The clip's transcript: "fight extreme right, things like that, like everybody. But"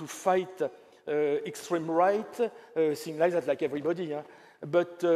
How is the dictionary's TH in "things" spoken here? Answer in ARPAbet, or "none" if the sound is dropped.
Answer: S